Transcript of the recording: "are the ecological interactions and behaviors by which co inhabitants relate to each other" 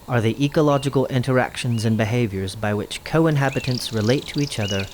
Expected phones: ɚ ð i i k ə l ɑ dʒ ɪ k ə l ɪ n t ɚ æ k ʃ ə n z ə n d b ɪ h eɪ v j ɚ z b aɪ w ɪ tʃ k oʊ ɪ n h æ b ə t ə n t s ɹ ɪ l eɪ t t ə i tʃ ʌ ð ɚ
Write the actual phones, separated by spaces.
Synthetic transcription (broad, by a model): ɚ ð i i k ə l ɑ dʒ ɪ k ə l ɪ n t ɚ æ k ʃ ə n z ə n b ɪ h eɪ v j ɚ z b aɪ w ɪ tʃ k oʊ ɪ n h æ b ə t ə n t s ɹ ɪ l eɪ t t ə i tʃ ʌ ð ɚ